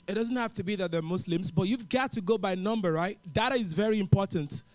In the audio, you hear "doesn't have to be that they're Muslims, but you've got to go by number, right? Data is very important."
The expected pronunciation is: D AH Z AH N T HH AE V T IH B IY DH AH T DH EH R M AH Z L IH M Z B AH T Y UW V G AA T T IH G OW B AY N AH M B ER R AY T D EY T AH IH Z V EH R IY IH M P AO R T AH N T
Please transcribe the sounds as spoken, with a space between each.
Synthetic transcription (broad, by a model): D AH Z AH N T HH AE F T IH B IY DH AH T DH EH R M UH S L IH M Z B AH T Y UW V G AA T T IH G OW B AY N AH M B ER R AY T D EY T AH IH Z V EH R IY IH M P AO R T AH N T